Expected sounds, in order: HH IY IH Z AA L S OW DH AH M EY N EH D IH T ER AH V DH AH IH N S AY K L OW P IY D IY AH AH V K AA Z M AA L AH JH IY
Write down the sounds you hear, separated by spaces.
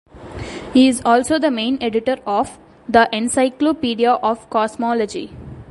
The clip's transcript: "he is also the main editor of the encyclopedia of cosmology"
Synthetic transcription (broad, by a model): HH IY IH Z AA L S OW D AH M EY N EH D IH T ER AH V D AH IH N S AY K L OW P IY D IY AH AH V K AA S M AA L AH JH IY